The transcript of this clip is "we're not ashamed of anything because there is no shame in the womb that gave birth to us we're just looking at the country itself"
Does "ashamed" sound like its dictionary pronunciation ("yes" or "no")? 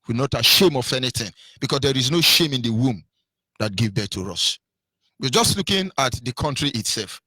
no